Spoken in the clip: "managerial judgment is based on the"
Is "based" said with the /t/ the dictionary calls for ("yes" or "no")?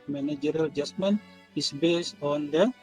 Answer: no